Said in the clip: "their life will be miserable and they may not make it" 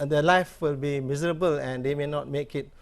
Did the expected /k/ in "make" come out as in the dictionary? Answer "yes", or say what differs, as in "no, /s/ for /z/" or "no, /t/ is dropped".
yes